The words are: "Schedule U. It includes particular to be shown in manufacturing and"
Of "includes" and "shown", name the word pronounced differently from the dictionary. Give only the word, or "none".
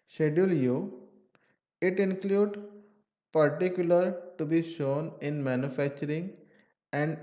includes